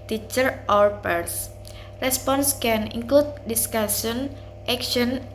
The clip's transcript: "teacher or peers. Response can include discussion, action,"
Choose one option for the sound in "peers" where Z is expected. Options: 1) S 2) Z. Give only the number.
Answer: 1